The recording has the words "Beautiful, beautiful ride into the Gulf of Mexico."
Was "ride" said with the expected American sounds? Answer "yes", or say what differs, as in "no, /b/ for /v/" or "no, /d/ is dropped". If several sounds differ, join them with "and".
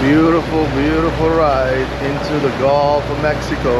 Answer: yes